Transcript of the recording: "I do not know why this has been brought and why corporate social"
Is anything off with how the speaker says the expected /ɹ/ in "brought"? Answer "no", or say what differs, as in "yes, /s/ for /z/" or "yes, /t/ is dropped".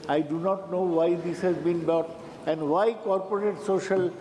yes, /ɹ/ is dropped